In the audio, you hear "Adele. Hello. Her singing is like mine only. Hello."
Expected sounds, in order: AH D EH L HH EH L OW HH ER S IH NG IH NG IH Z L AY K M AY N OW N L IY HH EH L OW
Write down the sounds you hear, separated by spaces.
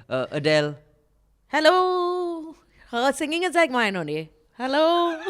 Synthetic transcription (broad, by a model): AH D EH L HH EH L OW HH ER S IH NG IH NG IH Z L AY K M AY N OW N IY HH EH L OW